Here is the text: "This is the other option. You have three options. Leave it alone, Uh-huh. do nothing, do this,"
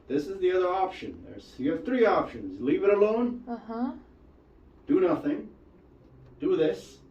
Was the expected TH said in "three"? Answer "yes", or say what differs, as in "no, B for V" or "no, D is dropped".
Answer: yes